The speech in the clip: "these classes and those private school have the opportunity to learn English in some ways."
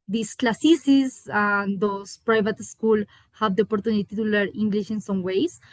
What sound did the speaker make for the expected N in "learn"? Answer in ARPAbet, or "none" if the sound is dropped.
none